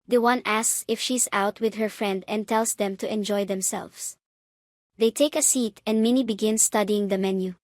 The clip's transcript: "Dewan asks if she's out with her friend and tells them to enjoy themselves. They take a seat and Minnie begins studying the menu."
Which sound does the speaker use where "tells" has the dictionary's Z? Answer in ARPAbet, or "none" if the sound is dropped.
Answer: S